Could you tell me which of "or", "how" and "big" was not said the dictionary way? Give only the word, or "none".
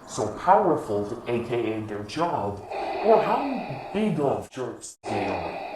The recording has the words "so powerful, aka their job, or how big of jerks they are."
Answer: or